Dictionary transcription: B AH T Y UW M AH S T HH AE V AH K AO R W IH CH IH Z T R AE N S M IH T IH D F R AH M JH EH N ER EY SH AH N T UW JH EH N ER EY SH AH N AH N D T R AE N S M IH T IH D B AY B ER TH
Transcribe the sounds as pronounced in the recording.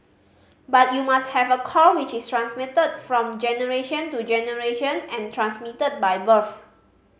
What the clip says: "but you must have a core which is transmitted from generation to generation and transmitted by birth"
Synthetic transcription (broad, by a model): B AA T Y UW M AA S T HH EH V AH K AO L W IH CH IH S T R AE N S M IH T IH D F R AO M JH EH N ER EY SH AH N T UW JH EH N ER EY SH AH N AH N T R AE N S M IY T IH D B AY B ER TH